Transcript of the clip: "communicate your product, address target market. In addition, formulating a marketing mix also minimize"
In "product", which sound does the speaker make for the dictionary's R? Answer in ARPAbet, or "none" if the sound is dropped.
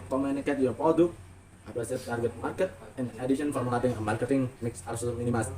none